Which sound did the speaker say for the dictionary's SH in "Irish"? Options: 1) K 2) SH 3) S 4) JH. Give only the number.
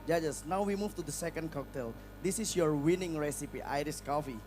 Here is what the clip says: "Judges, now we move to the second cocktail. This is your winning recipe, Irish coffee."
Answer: 3